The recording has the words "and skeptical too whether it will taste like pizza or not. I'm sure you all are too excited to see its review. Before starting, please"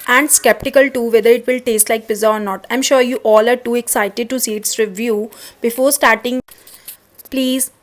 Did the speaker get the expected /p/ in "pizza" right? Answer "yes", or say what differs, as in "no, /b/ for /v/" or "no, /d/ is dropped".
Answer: no, /b/ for /p/